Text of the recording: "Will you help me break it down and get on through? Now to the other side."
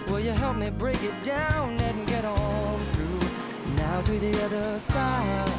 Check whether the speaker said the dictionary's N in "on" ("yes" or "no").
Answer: no